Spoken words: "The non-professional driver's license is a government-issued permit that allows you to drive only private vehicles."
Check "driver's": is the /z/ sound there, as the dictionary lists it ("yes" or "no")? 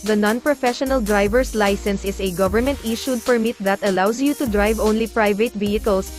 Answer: no